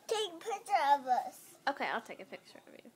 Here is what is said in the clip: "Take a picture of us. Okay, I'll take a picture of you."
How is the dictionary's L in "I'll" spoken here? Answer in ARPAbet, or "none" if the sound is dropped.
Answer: L